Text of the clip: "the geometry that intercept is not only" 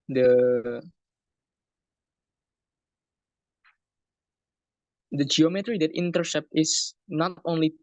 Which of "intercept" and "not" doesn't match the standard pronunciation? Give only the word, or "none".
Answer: none